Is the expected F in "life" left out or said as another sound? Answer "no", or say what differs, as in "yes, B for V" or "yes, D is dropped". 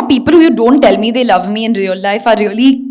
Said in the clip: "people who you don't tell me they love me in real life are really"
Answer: no